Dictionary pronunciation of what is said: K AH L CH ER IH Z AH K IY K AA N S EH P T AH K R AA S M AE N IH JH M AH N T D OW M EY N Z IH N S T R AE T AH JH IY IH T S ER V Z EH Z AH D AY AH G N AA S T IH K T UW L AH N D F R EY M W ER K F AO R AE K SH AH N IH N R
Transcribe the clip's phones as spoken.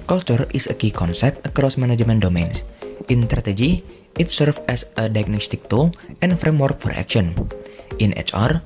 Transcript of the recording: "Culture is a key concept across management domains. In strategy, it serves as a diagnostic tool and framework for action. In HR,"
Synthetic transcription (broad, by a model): K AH L CH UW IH S AH K IY K AA N S EH P T AH K R AA S M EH N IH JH M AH N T D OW M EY N S IH N S T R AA T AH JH IY IH T S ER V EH S AH D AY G N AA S T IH K T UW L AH N F R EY M W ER K F AO R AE K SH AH N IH N R